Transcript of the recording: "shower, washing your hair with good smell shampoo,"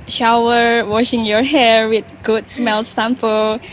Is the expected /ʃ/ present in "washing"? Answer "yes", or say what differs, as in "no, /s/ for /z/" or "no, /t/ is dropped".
yes